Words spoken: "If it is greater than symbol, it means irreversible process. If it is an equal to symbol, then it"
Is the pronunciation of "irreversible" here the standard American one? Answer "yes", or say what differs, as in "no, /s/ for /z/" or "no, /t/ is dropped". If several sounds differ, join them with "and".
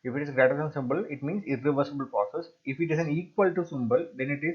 yes